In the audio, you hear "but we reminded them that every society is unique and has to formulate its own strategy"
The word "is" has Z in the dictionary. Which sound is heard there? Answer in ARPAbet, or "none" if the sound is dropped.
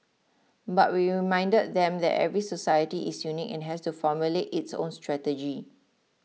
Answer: S